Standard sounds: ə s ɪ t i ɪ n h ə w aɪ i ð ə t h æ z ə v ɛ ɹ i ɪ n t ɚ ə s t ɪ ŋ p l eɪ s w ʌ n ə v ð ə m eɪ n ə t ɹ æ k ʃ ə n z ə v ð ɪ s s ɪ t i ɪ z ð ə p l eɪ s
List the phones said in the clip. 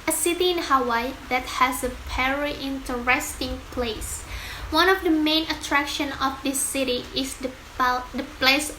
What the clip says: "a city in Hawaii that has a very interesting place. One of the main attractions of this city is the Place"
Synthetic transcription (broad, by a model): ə s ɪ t i ɪ n h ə w aɪ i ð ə t h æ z ə p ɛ ɹ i ɪ n t ɚ ə s t ɪ ŋ p l eɪ s w ʌ n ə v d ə m eɪ n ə t ɹ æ k ʃ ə n ə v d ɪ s s ɪ t i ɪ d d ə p l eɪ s